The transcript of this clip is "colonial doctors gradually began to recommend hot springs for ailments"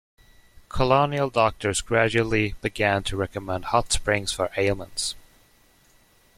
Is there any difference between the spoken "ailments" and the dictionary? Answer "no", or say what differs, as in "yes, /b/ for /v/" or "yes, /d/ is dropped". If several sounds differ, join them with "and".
yes, /m/ is dropped